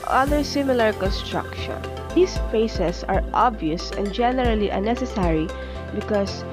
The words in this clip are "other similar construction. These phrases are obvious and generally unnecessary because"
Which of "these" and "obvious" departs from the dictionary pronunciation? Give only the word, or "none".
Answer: these